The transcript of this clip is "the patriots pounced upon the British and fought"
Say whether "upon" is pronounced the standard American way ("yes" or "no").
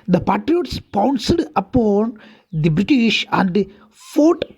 yes